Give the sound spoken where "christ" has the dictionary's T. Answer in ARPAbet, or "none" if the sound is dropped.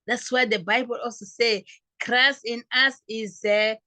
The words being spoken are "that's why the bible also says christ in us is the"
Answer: none